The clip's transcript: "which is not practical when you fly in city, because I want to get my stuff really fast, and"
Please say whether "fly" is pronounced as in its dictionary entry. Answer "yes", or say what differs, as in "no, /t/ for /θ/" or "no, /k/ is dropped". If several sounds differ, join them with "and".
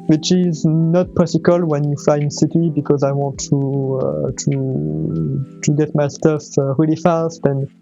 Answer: no, /l/ is dropped